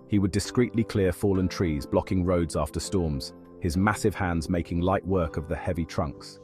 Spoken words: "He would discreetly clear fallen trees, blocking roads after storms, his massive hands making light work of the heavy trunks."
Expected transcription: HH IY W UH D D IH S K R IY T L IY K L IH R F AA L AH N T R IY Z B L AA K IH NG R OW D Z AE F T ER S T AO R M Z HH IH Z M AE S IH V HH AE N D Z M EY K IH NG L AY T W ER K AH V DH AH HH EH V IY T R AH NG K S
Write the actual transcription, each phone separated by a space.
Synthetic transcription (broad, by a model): HH IY W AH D D IH S K R IY T L IY K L IH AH F AA L AH N T R IY Z B L AA K IH NG R OW D Z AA F T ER S T AO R M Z HH IH Z M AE S IH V HH AE N D Z M EY K IH NG L AY T W ER K AH V DH AH HH EH V IY T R AH NG K S